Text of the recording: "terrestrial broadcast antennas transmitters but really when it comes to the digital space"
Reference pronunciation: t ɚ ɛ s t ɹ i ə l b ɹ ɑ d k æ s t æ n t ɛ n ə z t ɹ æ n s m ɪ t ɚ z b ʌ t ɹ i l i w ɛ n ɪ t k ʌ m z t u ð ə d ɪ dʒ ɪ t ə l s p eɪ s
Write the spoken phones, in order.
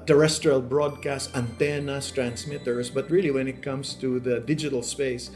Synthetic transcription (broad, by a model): t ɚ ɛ s t ɹ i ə l b ɹ ɑ d k æ s t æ n t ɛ n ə s t ɹ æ n s m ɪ t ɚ s b ʌ t ɹ i l i w ɛ n ɪ t k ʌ m s t u ð ə d ɪ dʒ ɪ t ə l s p eɪ s